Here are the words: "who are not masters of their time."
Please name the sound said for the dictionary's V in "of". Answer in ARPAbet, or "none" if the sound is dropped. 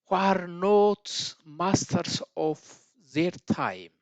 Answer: F